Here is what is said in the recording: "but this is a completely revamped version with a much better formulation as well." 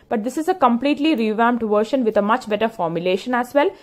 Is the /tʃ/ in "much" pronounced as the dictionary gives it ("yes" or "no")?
yes